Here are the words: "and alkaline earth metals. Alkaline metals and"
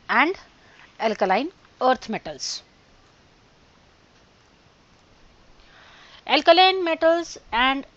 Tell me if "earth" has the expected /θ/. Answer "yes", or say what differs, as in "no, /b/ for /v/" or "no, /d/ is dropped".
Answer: no, /t/ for /θ/